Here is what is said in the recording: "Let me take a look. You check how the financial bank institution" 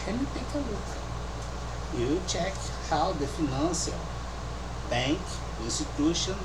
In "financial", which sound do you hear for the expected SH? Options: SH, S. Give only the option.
S